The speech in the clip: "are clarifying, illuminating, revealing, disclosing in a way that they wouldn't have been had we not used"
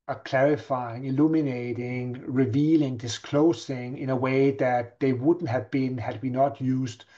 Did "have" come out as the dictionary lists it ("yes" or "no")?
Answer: yes